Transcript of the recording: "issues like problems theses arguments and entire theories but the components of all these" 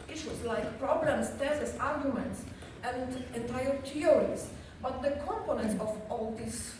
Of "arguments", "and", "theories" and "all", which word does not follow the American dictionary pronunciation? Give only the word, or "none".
theories